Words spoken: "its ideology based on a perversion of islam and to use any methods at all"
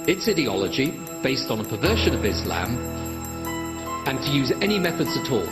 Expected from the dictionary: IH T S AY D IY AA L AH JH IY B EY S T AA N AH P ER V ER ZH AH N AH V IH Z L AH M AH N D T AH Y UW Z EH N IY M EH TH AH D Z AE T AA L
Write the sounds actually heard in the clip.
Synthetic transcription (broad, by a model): IH T S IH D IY AA L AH JH IY B EY S T N AH P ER V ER SH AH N AH V IH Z L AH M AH N T AH Y UW Z EH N IY M EH TH AH D Z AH T AA L